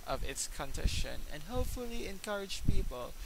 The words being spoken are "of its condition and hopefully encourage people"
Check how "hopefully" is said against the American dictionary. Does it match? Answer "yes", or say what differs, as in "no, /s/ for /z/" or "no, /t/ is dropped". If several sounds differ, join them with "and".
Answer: yes